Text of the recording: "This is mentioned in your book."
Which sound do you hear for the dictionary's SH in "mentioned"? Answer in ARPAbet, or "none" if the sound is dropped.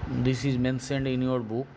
S